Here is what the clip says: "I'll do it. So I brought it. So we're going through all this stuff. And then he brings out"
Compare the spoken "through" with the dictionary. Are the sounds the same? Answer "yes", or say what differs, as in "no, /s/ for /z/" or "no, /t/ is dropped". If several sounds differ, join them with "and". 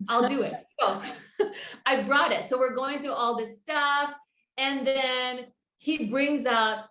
yes